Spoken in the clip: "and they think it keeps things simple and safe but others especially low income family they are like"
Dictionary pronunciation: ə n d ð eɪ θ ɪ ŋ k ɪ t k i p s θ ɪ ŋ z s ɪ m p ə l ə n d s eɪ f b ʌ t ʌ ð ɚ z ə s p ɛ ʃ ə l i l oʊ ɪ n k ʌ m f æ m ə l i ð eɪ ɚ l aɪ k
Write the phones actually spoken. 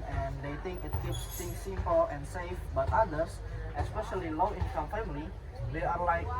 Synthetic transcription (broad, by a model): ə n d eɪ t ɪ ŋ k ɪ t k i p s t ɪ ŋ s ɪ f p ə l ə n s eɪ f b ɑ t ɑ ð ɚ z ə s p ɛ ʃ ə l i l oʊ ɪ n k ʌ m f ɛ m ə l i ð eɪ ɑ l aɪ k